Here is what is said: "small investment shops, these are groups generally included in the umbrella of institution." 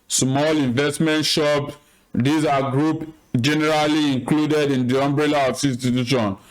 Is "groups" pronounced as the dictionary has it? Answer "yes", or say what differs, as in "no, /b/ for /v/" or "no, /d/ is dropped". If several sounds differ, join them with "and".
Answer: no, /s/ is dropped